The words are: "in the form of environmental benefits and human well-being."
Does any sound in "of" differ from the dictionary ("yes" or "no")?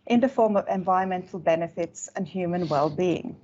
no